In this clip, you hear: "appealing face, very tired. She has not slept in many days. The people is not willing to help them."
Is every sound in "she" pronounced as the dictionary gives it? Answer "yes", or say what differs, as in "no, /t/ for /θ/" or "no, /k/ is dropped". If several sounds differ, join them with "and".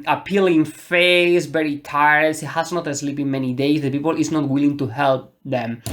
no, /s/ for /ʃ/